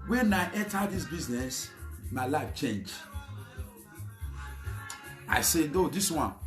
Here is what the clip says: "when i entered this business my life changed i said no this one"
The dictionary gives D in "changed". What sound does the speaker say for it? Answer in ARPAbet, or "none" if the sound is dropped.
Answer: none